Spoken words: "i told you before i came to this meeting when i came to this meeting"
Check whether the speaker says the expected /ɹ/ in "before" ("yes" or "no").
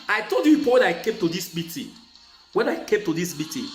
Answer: no